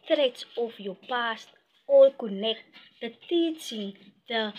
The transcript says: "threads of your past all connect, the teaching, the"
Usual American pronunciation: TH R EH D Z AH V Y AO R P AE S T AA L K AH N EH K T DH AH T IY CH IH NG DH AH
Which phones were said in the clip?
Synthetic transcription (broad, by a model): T R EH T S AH F Y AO P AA S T AA L K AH N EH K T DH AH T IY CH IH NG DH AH